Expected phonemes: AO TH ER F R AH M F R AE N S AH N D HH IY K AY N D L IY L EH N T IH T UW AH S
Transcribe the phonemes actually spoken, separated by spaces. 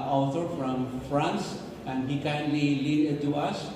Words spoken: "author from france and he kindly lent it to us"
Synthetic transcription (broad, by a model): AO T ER F R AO M F R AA N S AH N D HH IY K AY N D L IY L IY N IH T UW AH S